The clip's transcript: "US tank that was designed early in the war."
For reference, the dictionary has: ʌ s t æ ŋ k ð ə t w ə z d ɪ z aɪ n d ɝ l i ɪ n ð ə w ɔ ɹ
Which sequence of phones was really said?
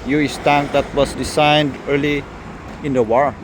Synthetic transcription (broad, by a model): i s t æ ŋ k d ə t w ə s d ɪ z aɪ n d ɝ l i ɪ n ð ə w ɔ ɹ